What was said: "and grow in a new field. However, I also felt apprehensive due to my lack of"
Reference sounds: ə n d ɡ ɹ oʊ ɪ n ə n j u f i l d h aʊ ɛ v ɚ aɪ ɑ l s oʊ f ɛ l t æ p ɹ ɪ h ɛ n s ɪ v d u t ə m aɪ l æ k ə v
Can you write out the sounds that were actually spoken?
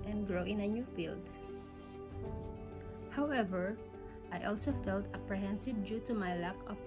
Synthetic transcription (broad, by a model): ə n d ɡ ɹ oʊ ɪ n ə n j u f i l d h aʊ ɛ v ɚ aɪ ɑ l s oʊ f ɛ l t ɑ p ɹ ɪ h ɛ n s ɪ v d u t ə m aɪ l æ k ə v